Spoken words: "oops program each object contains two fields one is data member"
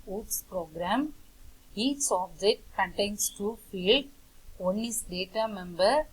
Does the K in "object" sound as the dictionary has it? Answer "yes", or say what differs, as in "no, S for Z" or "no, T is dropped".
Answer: no, K is dropped